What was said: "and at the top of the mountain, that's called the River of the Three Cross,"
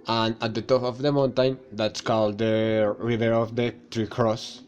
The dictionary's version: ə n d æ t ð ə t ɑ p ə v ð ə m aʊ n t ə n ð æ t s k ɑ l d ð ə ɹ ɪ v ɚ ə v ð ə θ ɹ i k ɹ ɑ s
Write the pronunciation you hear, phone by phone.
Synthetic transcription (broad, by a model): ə n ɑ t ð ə t ɑ p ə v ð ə m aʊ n t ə n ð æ t s k ɑ l d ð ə ɹ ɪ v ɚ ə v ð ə t ɹ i k ɹ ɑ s